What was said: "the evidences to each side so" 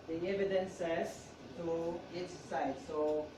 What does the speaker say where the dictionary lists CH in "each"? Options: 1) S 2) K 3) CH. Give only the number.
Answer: 1